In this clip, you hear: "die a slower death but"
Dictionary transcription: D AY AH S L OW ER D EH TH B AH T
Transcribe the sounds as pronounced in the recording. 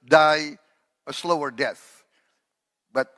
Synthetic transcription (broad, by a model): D AY AH S L OW ER D EH TH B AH T